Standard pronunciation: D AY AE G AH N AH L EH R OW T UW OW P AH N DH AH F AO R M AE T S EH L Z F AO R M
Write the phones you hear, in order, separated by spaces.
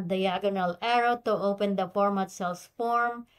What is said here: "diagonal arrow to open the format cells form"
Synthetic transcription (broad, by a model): D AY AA G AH N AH L EH R OW T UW OW P AH N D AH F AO R M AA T S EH L S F AO R M